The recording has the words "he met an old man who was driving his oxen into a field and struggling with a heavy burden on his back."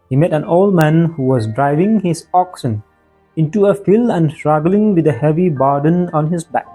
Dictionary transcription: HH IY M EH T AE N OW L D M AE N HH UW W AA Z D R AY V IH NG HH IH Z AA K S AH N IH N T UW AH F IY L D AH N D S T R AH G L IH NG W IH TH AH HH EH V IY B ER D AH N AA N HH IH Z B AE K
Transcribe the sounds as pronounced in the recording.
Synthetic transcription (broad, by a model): HH IY M EH T AE N OW L D M AE N HH UW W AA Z D R AY V IH NG HH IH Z AA K S AH N IH N T UW AH F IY L AH N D S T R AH G L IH NG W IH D AH HH EH V IY B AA D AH N AA N HH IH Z B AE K